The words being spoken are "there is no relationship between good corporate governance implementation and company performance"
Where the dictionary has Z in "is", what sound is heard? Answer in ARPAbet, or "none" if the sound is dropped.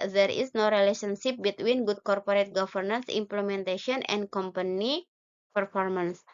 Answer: S